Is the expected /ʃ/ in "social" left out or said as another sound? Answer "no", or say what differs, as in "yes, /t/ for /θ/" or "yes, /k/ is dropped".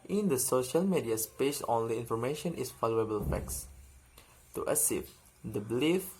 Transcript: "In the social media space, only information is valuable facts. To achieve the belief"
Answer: no